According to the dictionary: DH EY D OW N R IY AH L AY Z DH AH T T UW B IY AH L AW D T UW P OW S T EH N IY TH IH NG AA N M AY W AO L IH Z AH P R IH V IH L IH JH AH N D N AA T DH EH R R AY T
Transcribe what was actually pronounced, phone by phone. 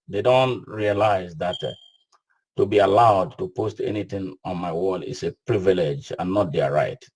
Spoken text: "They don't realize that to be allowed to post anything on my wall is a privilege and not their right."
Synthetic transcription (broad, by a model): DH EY D OW N R IY AH L AY Z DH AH T T UW B IY AH L AW D T UW P OW S T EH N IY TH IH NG AA N M AY W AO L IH S AH P R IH V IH L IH JH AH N N AA T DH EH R R AY T